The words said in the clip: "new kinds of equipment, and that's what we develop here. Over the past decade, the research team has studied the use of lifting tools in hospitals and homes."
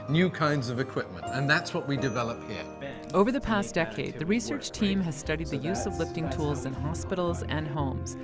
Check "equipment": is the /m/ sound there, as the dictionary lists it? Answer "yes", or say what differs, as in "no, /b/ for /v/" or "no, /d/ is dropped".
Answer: yes